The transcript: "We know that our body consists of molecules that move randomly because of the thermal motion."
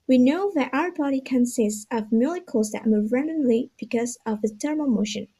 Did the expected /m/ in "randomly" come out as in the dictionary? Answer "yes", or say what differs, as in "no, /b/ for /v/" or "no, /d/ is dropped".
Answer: no, /m/ is dropped